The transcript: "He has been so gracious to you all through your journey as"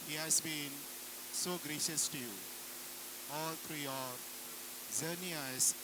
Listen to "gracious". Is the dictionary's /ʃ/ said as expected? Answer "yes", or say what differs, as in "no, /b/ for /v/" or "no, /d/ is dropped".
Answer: yes